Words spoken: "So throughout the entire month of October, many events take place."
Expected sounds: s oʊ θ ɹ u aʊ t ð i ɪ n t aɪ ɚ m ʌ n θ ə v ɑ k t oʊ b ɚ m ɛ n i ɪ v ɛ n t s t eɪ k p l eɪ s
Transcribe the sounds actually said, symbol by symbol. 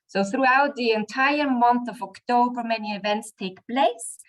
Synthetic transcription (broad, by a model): s oʊ θ ɹ u aʊ t ð i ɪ n t aɪ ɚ m ʌ n θ ə v ɑ k t oʊ b ɚ m ɛ n i ɪ v ɛ n t s t eɪ k p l eɪ s